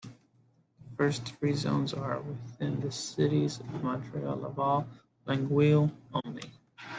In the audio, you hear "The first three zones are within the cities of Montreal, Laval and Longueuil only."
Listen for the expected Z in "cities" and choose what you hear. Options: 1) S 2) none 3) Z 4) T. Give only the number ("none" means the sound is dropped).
3